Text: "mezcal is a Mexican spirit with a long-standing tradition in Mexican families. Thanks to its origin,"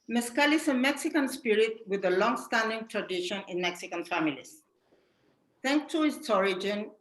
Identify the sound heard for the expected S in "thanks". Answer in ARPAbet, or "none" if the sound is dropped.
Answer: none